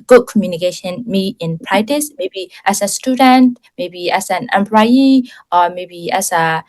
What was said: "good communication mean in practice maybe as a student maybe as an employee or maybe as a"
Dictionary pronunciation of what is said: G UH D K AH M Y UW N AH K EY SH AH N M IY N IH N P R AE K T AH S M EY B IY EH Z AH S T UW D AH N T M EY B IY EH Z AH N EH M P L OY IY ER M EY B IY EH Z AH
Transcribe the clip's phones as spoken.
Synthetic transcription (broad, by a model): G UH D K AH M Y UW N AH K EY SH AH N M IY IH N P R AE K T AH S M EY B IY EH S AH S T UW D AH N T M EY B IY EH S AH N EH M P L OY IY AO M EY B IY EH S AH